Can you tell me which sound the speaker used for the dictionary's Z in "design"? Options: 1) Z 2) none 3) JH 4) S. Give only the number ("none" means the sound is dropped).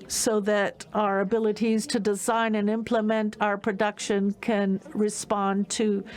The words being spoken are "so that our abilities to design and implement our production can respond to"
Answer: 1